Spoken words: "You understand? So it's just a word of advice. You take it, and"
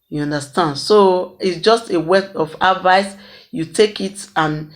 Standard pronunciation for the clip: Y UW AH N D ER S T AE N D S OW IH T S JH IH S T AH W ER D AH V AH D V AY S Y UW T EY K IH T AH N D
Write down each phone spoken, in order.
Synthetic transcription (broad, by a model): Y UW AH N D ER S T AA N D S OW IH T S JH IH S T AH W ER AH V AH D V AY S Y UW T EY K IH T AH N